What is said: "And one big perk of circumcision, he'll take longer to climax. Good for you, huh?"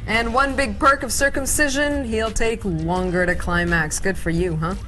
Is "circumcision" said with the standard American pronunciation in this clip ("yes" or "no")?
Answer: yes